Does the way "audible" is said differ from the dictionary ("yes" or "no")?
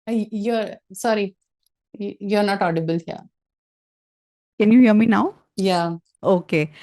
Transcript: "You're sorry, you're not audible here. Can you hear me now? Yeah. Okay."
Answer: no